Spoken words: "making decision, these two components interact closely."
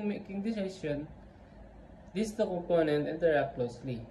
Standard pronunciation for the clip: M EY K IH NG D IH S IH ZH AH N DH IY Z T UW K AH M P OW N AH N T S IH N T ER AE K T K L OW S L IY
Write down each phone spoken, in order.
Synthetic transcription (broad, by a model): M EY K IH NG D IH S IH S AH N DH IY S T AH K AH M P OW N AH N T IH N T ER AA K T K L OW S L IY